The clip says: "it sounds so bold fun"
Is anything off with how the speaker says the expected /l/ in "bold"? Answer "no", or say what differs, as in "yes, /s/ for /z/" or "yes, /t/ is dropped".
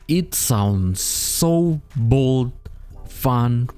no